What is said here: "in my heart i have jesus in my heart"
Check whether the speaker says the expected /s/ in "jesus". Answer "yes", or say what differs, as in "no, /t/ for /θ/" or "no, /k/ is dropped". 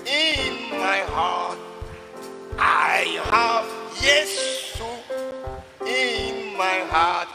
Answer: no, /s/ is dropped